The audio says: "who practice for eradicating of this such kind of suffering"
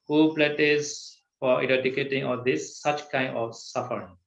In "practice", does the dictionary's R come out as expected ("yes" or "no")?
no